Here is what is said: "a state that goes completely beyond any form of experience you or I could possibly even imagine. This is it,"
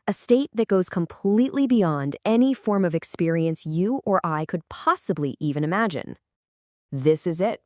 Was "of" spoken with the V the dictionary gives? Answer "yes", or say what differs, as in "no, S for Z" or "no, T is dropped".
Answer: yes